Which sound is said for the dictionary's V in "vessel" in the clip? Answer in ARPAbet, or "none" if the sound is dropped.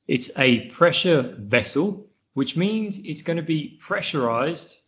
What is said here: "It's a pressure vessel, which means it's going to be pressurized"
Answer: V